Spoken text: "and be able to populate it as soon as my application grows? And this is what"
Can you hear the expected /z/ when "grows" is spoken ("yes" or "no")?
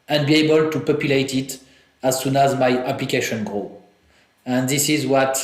no